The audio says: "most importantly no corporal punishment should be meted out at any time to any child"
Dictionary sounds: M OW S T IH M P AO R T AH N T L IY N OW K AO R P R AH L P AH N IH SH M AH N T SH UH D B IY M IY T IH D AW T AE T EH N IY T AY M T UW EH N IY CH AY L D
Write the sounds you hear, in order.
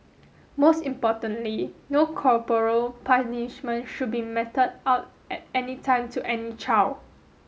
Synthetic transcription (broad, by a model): M OW S T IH M P AO T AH N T L IY N OW K AO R P R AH L P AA N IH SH M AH N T SH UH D B IY M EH T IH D AW T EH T EH N IY T AY M T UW EH N IY CH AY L